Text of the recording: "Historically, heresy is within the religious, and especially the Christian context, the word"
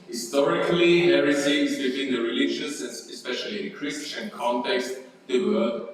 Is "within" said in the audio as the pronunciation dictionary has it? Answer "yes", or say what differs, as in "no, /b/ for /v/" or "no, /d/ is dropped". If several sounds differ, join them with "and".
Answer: no, /t/ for /θ/